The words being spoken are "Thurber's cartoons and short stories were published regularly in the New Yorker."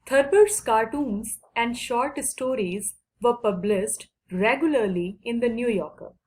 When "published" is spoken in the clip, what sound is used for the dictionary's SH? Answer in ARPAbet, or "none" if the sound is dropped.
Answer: S